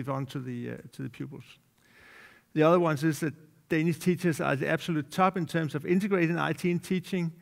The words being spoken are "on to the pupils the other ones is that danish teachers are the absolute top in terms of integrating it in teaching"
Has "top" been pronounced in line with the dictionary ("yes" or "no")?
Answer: no